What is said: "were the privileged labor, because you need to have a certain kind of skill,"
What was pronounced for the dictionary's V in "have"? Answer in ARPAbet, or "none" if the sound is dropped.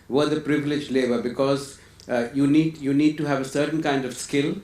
V